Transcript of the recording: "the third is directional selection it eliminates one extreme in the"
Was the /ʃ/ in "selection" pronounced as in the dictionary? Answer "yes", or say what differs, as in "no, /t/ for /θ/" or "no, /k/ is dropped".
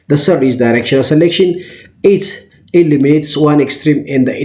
yes